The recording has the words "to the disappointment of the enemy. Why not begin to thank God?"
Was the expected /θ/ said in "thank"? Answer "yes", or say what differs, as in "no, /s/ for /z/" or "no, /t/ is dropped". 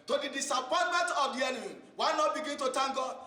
no, /t/ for /θ/